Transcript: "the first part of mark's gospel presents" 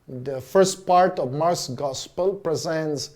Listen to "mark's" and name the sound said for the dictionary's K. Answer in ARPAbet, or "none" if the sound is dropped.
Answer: none